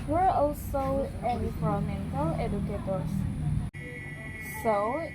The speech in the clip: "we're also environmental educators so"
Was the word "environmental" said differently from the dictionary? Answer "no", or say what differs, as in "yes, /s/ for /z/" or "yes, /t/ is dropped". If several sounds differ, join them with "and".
yes, /v/ is dropped and /n/ is dropped